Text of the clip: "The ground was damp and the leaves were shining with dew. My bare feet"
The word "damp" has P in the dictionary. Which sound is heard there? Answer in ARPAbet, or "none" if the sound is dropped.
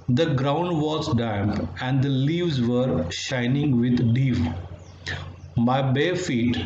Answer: P